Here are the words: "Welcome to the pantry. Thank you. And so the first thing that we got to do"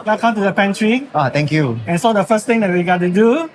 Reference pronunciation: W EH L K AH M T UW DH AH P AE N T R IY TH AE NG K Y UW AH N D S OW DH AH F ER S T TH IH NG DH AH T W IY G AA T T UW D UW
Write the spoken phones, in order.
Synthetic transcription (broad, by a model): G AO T K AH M T UW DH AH P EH N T R IY T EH NG K Y UW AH N S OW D AH F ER S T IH NG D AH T W IY G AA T T UW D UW